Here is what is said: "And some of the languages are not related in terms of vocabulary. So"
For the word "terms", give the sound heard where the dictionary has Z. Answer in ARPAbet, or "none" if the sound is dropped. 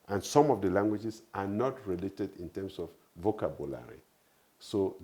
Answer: S